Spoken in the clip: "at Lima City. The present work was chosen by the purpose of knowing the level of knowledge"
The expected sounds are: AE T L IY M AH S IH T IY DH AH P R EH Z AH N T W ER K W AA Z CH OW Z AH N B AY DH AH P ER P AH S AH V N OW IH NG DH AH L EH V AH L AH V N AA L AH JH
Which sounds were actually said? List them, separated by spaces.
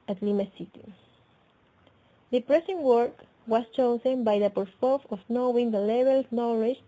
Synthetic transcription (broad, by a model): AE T L IY M AH S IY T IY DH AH P R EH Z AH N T W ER K W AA S CH OW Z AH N B AY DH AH P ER F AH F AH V N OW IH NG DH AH L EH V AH L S N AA L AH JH